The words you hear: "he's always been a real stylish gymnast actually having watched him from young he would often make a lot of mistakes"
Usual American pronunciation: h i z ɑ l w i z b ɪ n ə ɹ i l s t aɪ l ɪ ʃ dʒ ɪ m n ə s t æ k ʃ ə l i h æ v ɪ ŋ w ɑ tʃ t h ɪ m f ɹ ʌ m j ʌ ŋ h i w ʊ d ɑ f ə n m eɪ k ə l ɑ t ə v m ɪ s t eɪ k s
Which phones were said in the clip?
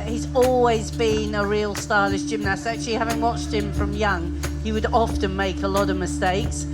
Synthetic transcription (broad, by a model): h i z ɑ l w i z b ɪ n ə ɹ i l s t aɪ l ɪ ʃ dʒ ɪ m n ə s t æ k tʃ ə l i h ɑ v ɪ ŋ w ɑ tʃ t h ɪ m f ɹ ʌ m j ʌ ŋ h i w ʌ d ɑ f ə n m eɪ k ə l ɑ t ə v m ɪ s t eɪ k s